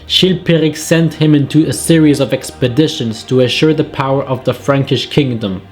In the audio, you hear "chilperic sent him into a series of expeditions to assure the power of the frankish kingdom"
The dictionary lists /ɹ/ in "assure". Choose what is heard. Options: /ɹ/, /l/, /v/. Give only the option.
/ɹ/